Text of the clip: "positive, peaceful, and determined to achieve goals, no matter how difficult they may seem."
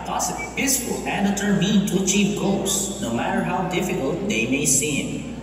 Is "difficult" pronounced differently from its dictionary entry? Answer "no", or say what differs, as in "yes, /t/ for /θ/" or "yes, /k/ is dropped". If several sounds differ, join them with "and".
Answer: no